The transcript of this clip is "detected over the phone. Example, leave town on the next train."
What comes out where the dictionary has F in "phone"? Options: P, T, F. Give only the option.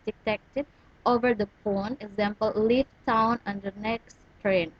P